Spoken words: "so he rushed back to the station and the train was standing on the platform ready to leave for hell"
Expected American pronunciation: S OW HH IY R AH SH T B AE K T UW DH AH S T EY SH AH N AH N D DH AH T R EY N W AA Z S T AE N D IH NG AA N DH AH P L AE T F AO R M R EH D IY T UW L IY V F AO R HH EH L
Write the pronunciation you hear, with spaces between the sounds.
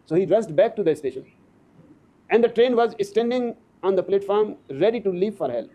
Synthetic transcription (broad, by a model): S OW HH IY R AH S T B AE K T UW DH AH S T EY SH AH N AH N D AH T R EY N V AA Z S T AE N D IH NG AA N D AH P L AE T F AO R M R EH D IY T UW L IY V F AO R HH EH L